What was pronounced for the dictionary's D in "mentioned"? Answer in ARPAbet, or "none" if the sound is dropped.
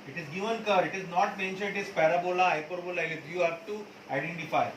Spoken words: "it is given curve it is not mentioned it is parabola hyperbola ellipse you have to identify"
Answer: none